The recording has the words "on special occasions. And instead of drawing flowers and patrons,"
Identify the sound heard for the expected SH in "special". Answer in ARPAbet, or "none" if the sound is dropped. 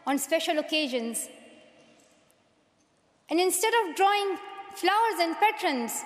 SH